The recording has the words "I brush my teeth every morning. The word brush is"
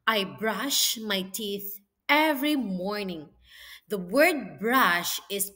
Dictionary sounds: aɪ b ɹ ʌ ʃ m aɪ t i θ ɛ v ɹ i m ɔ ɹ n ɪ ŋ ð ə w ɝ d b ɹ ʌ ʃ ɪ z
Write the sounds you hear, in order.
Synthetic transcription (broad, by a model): aɪ b ɹ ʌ ʃ m aɪ t i θ ɛ v ɹ i m ɔ ɹ n ɪ ŋ ð ə w ɝ d b ɹ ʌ ʃ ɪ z